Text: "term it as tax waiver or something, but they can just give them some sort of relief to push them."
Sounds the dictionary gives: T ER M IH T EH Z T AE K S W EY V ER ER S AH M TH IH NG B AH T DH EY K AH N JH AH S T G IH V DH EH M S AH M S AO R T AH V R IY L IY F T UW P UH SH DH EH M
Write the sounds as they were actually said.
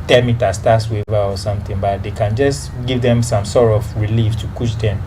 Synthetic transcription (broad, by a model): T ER M IH T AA S T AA S W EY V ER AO S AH M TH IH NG B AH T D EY K AH N JH AH S T G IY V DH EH M S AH M S AO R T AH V R IY L IY F T UW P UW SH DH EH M